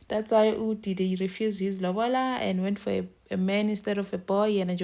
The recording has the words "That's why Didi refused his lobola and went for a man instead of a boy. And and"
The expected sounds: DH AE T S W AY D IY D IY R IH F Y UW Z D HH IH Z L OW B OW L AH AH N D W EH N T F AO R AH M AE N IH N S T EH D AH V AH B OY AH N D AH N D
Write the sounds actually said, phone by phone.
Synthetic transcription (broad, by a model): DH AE T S W AY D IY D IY R IH F Y UW Z D HH IH Z L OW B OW L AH AH N D W EH N T F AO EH AH M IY N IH S T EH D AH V AH B OY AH N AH N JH